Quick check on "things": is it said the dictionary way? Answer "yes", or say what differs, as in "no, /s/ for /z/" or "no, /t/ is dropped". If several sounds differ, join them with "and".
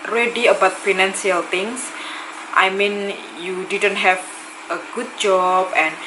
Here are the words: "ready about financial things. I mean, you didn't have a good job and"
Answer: no, /t/ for /θ/